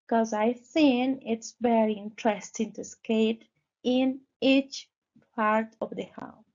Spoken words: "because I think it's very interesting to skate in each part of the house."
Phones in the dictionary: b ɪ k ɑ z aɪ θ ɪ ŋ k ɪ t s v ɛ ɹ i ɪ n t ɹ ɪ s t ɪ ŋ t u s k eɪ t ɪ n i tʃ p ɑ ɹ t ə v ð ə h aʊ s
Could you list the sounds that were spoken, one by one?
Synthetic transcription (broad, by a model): k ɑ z aɪ s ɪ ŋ ɪ t s v ɛ ɹ i ɪ n t ɹ ɪ s t ɪ ŋ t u s k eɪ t ɪ n i tʃ p ɑ ɹ t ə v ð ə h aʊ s